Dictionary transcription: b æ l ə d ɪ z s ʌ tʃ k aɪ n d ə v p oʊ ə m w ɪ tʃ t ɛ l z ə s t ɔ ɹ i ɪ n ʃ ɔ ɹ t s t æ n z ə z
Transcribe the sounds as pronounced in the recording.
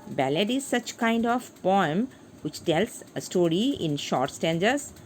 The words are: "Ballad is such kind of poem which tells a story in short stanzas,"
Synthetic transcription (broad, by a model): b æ l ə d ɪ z s ʌ tʃ k aɪ n d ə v p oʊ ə m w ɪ tʃ t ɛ l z ə s t ɔ ɹ i ɪ n ʃ ɔ ɹ t s t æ n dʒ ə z